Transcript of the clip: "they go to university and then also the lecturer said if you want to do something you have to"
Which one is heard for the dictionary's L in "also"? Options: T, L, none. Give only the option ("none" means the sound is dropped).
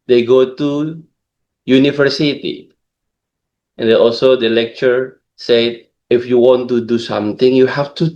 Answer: L